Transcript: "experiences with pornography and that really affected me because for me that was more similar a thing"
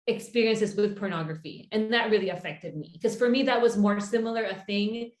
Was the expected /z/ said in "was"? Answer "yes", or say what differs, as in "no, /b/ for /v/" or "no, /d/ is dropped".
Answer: yes